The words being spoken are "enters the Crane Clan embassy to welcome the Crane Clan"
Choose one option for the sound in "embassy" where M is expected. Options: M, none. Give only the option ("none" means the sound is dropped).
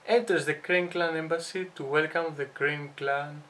M